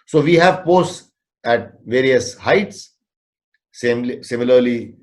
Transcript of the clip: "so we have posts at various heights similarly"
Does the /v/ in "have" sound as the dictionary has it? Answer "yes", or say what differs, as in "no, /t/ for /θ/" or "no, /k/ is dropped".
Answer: yes